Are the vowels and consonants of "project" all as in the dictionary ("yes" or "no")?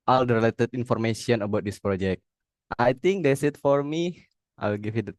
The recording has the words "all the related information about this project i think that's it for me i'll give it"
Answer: yes